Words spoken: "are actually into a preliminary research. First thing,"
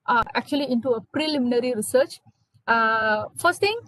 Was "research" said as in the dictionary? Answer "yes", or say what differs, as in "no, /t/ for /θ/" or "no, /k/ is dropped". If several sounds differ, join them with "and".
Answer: yes